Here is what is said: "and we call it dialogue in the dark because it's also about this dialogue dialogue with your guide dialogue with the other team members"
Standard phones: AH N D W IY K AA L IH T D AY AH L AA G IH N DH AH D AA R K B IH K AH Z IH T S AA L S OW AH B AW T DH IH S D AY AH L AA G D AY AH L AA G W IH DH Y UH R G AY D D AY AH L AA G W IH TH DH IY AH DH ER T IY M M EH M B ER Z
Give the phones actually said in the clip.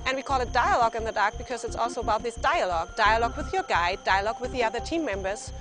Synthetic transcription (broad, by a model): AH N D W IY K AA L IH T D AY AH L AA G IH N DH AH D AA R K B IH K AH Z IH T S AA L S OW AH B AW T DH IH S D AY AH L AA G D AY AH L AA G W IH DH Y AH R G AY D D AY AH L AA G W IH DH IY AH DH ER T IY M M EH M B ER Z